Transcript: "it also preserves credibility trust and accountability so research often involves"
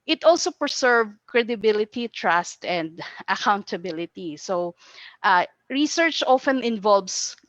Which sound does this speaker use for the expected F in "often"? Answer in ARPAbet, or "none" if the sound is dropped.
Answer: F